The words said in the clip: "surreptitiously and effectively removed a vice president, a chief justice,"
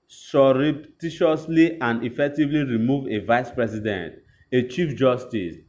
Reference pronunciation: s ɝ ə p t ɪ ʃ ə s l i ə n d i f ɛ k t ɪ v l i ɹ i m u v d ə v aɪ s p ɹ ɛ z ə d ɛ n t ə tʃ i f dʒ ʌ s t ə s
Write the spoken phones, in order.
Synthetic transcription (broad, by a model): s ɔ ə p t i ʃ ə s l i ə n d i f ɛ k t ɪ v l i ɹ i m u v ə v aɪ s p ɹ ɛ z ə d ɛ n t ə tʃ i f dʒ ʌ s t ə s